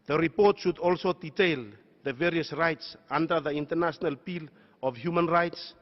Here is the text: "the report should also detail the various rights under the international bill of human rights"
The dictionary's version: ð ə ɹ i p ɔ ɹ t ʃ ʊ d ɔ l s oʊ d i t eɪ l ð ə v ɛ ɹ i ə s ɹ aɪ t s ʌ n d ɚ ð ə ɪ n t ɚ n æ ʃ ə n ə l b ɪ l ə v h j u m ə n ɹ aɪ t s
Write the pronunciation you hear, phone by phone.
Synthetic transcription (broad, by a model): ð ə ɹ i p ɔ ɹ t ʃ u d ɔ l s oʊ d i t eɪ l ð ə v ɛ ɹ i ə s ɹ aɪ t s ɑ n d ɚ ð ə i n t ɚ n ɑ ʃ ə n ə l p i l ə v h j u m ə n ɹ aɪ t s